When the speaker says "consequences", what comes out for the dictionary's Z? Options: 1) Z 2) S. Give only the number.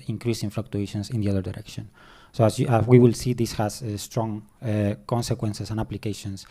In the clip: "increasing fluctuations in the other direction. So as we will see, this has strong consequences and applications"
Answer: 2